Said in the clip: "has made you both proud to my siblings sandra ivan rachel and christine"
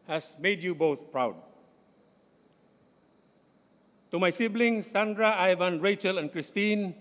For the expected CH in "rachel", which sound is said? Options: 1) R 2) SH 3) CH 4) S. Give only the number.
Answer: 3